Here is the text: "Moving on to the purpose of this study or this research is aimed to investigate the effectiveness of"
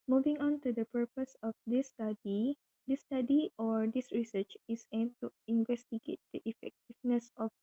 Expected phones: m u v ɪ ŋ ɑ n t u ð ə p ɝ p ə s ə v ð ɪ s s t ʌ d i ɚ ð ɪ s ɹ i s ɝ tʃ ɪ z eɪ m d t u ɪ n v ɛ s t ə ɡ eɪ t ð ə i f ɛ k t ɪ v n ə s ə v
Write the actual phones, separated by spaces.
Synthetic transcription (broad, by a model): m u v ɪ ŋ ɑ n t u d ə p ɝ p ə s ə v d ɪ s s t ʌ d i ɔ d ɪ s ɹ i s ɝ tʃ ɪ s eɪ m t u ɪ n v ɛ s t ə ɡ eɪ t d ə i f ɛ k t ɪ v n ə s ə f